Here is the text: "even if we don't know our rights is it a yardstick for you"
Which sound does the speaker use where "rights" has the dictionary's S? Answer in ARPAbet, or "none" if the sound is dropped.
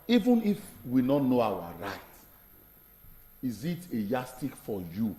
none